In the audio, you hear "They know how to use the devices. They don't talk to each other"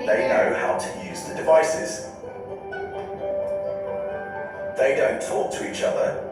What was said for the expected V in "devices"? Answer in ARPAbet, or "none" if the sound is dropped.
V